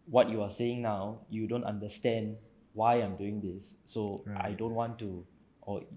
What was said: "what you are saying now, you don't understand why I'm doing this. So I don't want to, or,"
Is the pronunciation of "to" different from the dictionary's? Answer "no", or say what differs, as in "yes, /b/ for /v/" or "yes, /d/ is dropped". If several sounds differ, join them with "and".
no